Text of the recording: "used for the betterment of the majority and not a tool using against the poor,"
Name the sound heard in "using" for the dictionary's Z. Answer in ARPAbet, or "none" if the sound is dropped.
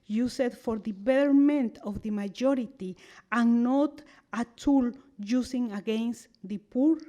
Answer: S